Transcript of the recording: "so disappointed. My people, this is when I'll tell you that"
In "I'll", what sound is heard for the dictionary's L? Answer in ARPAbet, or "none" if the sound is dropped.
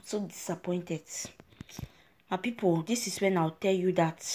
W